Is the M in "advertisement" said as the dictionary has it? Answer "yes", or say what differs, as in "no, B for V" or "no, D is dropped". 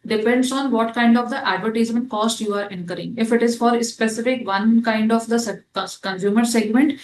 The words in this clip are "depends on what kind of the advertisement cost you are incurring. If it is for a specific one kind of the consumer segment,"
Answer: no, M is dropped